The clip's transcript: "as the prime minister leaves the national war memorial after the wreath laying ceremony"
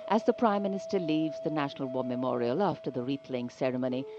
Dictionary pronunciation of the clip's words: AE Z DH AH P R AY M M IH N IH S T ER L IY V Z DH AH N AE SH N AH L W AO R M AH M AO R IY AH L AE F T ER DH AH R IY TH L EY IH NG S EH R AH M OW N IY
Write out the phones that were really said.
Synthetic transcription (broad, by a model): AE Z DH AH P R AY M M IH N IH S T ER L IY V Z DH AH N AE SH N AH L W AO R M AH M AO R IY AH L AE F T ER DH AH R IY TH L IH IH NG S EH R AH M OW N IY